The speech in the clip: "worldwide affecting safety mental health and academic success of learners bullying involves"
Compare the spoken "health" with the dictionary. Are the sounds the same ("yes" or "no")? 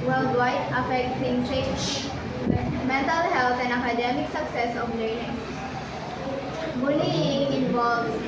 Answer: no